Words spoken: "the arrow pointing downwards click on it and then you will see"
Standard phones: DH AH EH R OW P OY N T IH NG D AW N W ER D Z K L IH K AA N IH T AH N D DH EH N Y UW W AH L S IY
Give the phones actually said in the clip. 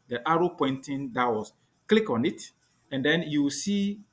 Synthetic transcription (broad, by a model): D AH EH R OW P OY N T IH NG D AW W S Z K L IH K AA N IH T AH N D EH N Y UW W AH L S IY